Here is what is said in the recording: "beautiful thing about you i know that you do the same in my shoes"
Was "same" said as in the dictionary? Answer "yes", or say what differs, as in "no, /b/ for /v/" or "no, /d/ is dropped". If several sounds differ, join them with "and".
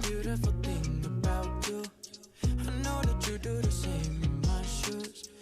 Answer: no, /m/ is dropped